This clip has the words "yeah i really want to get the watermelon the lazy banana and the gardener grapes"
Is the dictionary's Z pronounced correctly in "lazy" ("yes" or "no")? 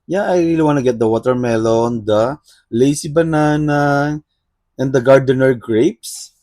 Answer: no